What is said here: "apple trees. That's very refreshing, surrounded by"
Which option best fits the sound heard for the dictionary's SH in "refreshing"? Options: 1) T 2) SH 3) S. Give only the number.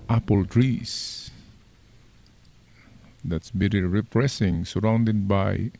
3